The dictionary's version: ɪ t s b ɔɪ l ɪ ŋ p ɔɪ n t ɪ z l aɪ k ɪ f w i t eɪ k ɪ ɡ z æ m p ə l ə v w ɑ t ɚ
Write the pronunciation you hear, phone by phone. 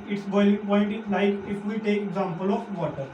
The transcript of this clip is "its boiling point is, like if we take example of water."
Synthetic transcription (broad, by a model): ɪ t s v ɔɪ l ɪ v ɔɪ l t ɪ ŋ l aɪ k ɪ f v i t eɪ k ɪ ɡ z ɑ m p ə l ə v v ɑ t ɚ